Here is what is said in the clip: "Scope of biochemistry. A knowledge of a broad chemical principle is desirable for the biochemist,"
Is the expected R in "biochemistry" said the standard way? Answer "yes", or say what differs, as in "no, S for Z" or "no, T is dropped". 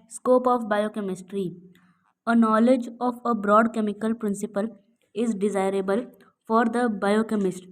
yes